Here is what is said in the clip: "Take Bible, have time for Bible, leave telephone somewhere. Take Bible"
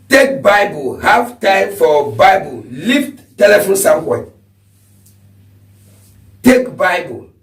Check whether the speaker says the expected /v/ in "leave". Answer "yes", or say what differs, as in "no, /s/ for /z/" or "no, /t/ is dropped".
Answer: no, /f/ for /v/